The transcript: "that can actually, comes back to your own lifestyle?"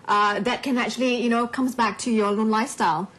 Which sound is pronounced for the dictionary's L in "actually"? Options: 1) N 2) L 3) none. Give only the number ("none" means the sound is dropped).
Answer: 1